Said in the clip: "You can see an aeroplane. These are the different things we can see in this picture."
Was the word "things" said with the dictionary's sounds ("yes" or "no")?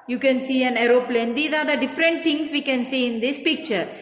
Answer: no